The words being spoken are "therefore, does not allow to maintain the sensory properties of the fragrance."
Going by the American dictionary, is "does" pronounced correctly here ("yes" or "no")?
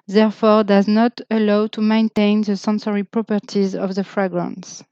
yes